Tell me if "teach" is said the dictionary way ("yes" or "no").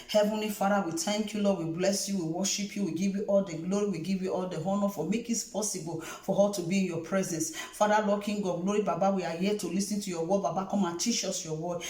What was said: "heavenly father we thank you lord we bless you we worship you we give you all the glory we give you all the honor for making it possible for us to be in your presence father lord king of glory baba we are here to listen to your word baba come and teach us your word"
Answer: no